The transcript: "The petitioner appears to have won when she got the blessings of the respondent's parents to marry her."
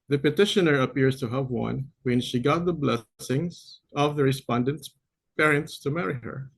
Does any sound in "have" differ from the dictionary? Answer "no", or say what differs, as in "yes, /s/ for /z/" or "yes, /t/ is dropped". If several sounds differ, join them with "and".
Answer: no